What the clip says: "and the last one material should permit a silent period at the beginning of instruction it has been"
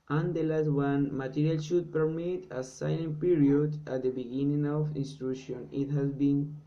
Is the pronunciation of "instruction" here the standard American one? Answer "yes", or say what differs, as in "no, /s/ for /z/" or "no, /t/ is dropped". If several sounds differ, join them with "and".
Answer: no, /k/ is dropped